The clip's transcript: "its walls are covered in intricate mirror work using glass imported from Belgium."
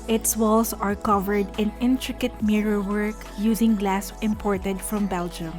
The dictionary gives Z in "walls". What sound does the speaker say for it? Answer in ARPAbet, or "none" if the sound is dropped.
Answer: S